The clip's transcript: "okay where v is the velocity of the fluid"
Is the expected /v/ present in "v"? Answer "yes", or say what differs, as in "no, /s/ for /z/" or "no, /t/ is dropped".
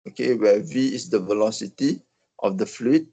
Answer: yes